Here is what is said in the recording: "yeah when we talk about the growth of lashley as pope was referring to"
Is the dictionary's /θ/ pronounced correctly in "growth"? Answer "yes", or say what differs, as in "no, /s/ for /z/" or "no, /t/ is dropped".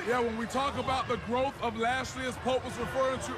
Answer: yes